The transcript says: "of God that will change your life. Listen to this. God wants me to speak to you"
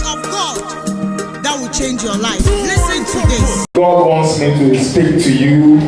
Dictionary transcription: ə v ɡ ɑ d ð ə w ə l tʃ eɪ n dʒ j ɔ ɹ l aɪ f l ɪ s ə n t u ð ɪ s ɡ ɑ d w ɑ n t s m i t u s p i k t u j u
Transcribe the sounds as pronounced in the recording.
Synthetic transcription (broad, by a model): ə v ɡ ɑ d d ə w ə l tʃ eɪ n dʒ j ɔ l aɪ f l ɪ s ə n t u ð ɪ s ɡ ɑ d w ɑ n t s m i t u s p i k t u j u